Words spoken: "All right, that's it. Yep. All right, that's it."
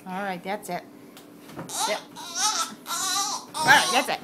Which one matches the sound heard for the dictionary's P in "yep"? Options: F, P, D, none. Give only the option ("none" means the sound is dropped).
none